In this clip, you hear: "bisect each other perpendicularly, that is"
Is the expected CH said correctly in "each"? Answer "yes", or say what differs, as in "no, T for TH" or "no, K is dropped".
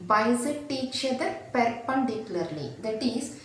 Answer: yes